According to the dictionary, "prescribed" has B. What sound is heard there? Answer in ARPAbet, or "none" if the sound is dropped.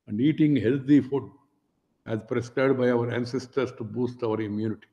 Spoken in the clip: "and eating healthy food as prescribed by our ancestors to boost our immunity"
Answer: none